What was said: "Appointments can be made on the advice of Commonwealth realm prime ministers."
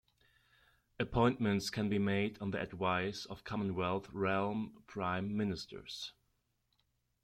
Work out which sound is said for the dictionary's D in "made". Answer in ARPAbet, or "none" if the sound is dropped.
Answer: D